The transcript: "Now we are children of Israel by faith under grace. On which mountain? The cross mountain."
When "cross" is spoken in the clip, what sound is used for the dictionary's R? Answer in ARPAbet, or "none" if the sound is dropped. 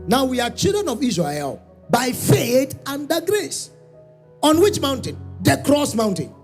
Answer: R